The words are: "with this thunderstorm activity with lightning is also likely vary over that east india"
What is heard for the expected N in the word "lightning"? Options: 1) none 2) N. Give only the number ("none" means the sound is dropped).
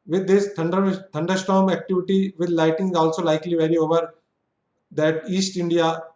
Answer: 1